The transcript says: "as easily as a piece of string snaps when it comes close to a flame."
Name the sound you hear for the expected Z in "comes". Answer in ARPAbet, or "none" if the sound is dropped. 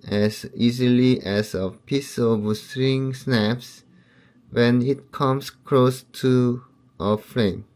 S